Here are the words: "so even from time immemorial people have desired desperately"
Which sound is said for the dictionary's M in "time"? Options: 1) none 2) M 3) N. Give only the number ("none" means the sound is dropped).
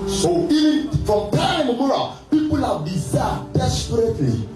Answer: 1